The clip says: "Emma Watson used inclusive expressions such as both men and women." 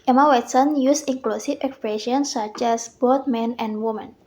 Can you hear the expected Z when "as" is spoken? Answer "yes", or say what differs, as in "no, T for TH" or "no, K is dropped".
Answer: no, S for Z